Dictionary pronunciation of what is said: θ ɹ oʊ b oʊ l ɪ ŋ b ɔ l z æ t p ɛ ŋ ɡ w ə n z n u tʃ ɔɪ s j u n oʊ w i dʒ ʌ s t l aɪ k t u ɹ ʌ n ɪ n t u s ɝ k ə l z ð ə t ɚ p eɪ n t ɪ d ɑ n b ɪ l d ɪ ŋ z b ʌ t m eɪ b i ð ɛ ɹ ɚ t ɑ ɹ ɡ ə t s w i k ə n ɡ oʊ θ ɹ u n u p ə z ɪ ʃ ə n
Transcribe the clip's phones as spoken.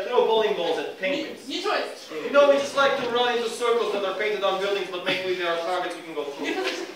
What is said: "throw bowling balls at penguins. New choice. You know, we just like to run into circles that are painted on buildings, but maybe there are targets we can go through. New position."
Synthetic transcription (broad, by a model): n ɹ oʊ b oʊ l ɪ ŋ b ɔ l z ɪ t p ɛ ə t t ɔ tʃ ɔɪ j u n oʊ w i dʒ ʌ s t l aɪ k t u ɹ ʌ n ɪ n t u s ɝ k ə l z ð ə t ɚ p eɪ n t ɪ d ɑ n b ɪ l d ɪ ŋ z b ʌ t m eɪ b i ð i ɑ ɚ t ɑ ɹ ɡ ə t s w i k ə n ɡ oʊ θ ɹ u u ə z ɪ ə